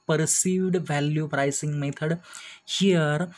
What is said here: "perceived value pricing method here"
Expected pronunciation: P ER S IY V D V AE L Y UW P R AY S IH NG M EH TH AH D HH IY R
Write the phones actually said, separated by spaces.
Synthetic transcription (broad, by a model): P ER S IY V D V AE L Y UW P R AY S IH NG M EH T AH D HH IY R